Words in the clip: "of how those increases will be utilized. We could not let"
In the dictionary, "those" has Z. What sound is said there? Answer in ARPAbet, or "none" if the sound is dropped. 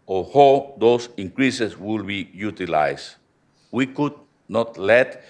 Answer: S